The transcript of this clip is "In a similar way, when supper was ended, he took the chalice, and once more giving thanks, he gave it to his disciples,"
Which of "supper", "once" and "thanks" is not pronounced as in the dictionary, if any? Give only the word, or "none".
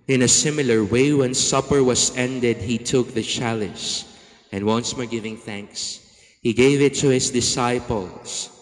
none